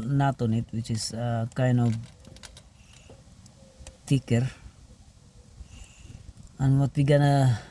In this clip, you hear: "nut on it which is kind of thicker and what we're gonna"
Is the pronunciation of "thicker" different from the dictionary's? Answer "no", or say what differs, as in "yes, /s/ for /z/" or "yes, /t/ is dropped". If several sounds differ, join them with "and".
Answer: yes, /t/ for /θ/